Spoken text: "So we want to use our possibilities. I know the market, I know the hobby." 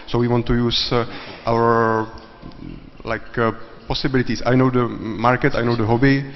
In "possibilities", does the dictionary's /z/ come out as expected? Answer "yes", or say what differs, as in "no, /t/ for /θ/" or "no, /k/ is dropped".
no, /s/ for /z/